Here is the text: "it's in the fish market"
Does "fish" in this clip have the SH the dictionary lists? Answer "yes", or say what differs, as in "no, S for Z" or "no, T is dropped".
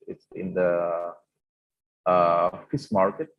no, S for SH